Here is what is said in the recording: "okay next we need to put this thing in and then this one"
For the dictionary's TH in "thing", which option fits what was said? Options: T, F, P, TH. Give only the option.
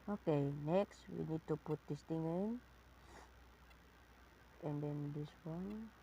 T